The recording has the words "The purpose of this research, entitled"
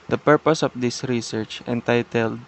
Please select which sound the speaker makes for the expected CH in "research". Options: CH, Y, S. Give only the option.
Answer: CH